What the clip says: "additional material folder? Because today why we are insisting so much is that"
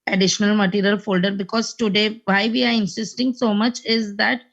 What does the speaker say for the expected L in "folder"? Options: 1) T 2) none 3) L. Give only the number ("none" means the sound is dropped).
3